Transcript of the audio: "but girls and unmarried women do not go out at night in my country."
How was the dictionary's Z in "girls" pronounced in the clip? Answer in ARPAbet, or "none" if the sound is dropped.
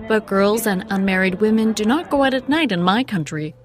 Z